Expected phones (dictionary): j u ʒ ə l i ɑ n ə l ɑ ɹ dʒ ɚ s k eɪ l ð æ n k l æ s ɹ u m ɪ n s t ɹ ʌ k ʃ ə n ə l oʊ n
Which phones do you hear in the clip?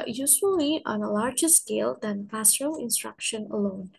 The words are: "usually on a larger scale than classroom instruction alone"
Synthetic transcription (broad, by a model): j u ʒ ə l i ɑ n ə l ɑ ɹ dʒ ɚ s k eɪ l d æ n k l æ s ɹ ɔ ɪ n s t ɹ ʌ k ʃ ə n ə l oʊ n